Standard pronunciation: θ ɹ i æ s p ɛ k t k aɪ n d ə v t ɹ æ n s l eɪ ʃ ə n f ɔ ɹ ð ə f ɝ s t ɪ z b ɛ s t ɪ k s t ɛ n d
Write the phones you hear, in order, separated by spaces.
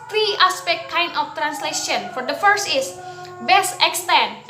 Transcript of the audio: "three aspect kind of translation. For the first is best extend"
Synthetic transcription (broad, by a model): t ɹ i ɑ s p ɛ k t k aɪ n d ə f t ɹ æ n s l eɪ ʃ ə n f ɔ ɹ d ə f ɝ s t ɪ s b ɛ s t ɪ k s t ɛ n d